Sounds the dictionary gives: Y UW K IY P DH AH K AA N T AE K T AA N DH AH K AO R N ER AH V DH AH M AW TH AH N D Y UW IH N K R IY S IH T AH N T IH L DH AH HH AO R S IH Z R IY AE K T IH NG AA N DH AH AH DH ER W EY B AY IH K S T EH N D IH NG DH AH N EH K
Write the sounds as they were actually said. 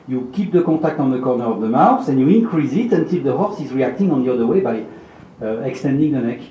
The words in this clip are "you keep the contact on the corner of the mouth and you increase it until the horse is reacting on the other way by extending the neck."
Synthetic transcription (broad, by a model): Y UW K IY P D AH K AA T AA K T AA N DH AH K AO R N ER AH V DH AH M AW S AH N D Y UW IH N K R IY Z IH T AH N T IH L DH AH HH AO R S IH Z R IY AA K T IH NG AA N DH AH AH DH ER W EY B AY IH K S T EH N D IH NG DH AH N EH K